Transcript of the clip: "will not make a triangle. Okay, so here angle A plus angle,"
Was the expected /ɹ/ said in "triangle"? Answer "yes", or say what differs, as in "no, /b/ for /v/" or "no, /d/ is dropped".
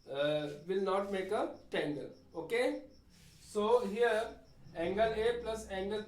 no, /ɹ/ is dropped